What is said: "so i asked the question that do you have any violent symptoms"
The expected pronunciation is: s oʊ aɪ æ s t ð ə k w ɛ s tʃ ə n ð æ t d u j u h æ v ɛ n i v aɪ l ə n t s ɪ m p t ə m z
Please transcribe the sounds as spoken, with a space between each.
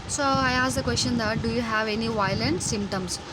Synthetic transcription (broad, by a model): s oʊ aɪ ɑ s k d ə k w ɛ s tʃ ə n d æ t d u j u h æ v ɛ n i v aɪ l ə n t s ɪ m p t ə m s